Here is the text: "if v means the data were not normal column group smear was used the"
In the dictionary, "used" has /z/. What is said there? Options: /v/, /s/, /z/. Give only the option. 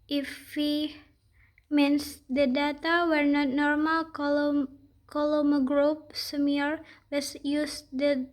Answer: /s/